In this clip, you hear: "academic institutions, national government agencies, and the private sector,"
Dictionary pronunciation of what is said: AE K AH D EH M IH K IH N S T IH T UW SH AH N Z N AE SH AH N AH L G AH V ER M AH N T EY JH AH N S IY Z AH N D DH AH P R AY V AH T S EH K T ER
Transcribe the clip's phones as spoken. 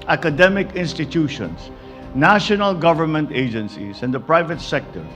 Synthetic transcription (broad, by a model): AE K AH D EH M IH K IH N S T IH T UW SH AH N S N AE SH AH N AH L G AH V ER M AH N T EY JH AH N S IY S AH N D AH P R AY V AH T S EH K T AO